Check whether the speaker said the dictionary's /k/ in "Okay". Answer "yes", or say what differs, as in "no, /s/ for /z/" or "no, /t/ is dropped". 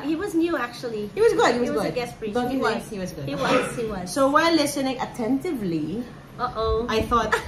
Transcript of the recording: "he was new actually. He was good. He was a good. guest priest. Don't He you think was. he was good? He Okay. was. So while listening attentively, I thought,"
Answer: no, /k/ is dropped